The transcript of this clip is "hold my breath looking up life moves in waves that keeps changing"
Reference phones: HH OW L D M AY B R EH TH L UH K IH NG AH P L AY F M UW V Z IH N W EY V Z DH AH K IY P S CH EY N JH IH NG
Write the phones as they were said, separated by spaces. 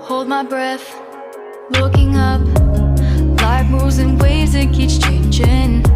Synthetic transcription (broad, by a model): HH OW L D M AY B R EH TH L UH K IH NG AH P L AY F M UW Z IH N W EY Z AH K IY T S CH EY N JH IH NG